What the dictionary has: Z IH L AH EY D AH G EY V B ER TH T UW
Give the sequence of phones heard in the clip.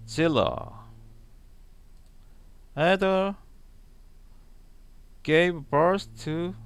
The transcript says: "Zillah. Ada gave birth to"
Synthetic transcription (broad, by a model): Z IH L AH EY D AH G EY V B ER S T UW